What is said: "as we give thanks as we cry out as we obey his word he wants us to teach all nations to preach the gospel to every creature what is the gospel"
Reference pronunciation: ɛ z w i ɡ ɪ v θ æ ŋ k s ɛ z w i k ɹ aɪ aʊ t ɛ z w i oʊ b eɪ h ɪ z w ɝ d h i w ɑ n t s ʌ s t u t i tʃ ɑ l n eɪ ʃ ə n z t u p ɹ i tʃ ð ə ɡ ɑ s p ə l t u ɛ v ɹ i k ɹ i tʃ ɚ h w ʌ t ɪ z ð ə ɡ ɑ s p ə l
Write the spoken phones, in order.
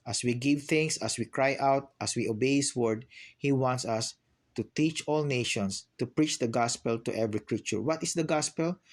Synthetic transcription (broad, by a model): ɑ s w i ɡ ɪ v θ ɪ ŋ s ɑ s w i k ɹ aɪ aʊ t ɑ s w i oʊ b eɪ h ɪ s w ɝ d h i w ɑ n t s ʌ s t u t i tʃ ɑ l n eɪ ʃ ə n s t u p ɹ i tʃ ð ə ɡ ɑ s p ə l t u ɛ v ɹ i k ɹ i tʃ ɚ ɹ w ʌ t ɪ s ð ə ɡ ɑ s p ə l